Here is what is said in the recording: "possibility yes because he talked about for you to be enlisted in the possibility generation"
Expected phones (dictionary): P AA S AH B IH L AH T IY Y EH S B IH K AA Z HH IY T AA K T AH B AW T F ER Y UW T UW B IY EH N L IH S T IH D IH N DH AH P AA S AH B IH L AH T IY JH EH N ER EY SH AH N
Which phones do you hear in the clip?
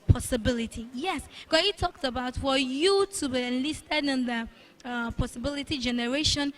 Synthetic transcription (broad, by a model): P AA S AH B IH L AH T IY Y EH S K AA HH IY T AA K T AH B AW T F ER Y UW T UW B IY EH N L IH S T IH D IH N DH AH P AA S AH B IH L AH T IY JH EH N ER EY SH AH N